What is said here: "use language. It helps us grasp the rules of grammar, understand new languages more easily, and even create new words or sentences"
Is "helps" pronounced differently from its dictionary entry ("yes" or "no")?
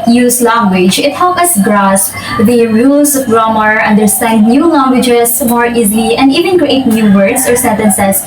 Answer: yes